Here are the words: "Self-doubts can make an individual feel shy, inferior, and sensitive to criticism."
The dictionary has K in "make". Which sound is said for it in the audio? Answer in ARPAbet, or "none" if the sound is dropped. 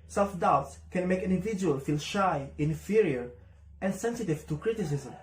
none